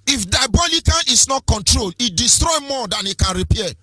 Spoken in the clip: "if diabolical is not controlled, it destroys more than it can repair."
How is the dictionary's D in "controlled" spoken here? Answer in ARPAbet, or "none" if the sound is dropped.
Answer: none